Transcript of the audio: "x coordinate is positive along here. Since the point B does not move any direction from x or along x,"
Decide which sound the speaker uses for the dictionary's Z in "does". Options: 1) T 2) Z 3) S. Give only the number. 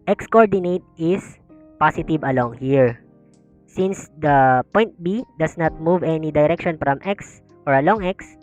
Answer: 3